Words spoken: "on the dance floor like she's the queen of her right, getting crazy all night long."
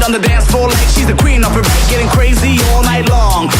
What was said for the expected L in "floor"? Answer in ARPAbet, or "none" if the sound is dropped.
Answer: none